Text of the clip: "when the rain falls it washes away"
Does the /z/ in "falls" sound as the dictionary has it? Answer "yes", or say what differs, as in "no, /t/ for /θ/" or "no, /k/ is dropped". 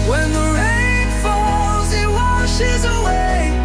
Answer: yes